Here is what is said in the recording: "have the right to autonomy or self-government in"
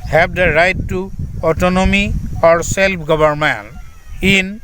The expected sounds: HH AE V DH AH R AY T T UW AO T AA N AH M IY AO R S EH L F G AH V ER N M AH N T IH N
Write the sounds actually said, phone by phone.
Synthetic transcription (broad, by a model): HH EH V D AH R AY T T UW AO T AA N AH M IY AO R S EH L P G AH B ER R M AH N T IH N